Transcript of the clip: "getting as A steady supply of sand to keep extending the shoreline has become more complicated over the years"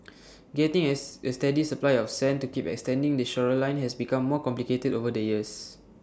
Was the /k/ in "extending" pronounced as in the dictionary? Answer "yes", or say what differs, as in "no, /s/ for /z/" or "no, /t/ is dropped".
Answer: yes